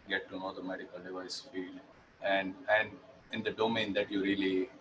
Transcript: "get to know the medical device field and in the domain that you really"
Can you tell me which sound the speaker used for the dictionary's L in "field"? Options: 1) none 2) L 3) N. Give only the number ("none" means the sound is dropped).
3